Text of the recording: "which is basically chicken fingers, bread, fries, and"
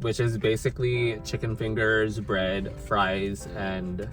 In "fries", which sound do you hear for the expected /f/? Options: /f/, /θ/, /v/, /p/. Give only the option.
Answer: /f/